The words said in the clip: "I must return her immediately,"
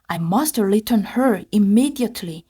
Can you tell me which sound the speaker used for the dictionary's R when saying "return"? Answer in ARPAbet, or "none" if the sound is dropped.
L